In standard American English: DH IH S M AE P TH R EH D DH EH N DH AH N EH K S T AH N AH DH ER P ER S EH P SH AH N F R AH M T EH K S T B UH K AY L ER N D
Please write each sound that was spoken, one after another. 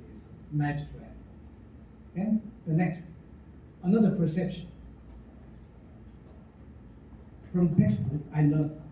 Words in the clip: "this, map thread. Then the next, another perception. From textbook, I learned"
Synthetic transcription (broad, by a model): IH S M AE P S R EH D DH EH N DH AH N EH K S T AH N AH DH ER P ER S EH P SH AH N F R AH M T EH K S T AH AY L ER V